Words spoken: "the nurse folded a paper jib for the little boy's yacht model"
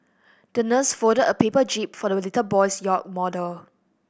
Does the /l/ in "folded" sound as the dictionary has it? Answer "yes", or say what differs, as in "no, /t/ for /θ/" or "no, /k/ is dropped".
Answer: no, /l/ is dropped